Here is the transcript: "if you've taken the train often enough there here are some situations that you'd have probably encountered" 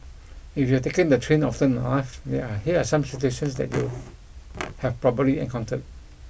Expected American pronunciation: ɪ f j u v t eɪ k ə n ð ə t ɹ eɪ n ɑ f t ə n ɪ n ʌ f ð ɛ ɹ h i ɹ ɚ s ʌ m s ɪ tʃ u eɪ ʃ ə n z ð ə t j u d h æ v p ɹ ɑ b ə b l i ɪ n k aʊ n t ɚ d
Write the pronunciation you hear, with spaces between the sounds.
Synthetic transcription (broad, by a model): ɪ f j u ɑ t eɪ k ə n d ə t ɹ eɪ n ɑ f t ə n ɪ ɪ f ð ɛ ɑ h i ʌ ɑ s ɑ m s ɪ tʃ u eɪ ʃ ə n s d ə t j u h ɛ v p ɹ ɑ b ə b l i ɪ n k aʊ n t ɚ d